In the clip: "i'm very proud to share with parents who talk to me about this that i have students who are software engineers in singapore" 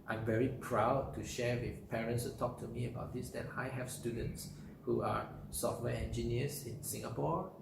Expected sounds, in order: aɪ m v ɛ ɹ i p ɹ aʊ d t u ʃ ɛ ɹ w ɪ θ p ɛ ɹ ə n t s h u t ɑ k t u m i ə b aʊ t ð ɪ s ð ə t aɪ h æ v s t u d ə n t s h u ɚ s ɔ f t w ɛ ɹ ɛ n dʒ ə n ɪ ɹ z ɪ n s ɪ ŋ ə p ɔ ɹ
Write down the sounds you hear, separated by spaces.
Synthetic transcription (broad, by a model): aɪ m v ɛ ɹ i p ɹ aʊ d t u ʃ ɛ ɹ w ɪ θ p ɛ ɹ ə n t s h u t ɑ k t u m i ə b aʊ t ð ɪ s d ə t aɪ h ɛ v s t u d ə n t s h u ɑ s ɔ f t w ɛ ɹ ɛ n dʒ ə n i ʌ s ɪ n s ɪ ŋ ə p ɔ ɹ